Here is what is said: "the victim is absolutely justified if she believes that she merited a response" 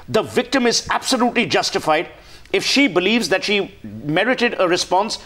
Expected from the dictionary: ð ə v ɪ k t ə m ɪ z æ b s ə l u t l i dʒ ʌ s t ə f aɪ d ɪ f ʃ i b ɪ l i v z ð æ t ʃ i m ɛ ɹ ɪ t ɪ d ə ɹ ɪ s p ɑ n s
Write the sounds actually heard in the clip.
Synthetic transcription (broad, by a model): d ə v ɪ k t ə m ɪ z æ b s ə l u t l i dʒ ʌ s t ə f aɪ d ɪ f ʃ i b ɪ l i v z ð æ t ʃ i m ɛ ɹ ɪ t ɪ d ə ɹ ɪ s p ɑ n s